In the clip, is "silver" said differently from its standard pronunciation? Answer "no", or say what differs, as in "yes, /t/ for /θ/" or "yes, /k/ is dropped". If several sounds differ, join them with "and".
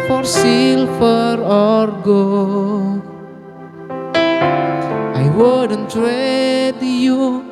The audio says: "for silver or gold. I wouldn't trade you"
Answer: yes, /f/ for /v/